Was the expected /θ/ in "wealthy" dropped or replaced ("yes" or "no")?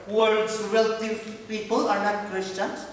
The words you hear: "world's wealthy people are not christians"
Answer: yes